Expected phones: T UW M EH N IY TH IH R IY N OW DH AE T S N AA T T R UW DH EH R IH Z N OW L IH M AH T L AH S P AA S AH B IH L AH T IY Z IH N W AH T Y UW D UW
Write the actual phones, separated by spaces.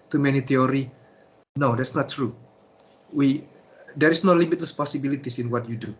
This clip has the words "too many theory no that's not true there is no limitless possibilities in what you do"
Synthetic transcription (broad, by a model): T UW M EH N IY T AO R IY N OW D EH T S N AA T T W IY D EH R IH S N OW L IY M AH T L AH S P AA S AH B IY L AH T IY S IH N W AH T Y UW D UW